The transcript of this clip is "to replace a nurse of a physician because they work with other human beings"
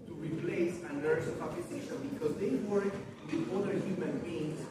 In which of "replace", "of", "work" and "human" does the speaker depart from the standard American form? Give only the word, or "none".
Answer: of